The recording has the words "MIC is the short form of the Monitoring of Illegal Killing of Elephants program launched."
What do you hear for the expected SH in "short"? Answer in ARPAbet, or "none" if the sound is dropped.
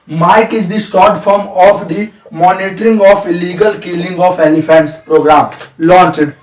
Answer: S